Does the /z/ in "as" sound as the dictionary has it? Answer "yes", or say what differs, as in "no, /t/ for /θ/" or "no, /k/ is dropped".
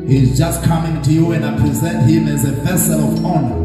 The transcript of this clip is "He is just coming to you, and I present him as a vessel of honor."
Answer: yes